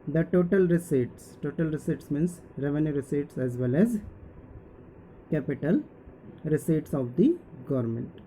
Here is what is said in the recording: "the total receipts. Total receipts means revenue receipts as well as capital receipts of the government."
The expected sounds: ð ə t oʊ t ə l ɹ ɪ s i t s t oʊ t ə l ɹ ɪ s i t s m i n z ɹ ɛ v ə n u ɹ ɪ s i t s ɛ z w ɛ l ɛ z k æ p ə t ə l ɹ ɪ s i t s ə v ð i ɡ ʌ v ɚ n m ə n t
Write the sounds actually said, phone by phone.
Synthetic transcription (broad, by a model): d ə t oʊ t ə l ɹ ɪ s i t s t oʊ t ə l ɹ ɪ s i t s m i n s ɹ ɛ v ə n u ɹ ɪ s i t s ɛ z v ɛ l ɛ z k æ p ə t ə l ɹ ɪ s i t s ə v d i ɡ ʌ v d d m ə n t